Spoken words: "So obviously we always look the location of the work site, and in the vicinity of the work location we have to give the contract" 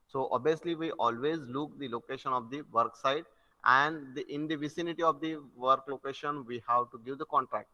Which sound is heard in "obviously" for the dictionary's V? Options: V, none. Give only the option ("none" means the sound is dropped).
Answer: none